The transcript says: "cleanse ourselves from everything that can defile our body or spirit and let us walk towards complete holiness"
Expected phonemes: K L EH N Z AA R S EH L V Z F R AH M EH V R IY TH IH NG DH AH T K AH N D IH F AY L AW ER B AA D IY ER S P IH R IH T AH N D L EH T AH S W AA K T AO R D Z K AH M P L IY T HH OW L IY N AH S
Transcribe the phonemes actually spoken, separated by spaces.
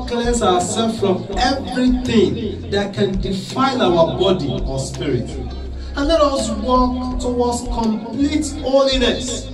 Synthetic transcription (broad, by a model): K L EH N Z AA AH S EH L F F R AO M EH V R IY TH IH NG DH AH T K AH N D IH F AY N AW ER B AA D IY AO S P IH R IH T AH N L EH T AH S W AA K T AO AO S K AH M P L IY T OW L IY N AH S